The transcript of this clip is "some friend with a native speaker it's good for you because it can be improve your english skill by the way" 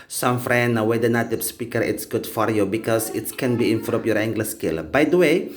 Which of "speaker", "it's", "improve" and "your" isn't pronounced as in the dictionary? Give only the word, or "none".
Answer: improve